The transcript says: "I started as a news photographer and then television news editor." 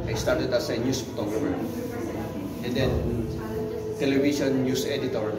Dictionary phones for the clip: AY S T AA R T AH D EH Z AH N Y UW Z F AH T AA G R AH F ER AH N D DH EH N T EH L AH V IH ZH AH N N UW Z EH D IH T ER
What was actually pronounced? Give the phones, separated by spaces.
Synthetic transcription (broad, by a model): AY S T AA R T AH D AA S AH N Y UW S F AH T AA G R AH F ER AH N D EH N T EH L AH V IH SH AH N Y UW S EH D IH T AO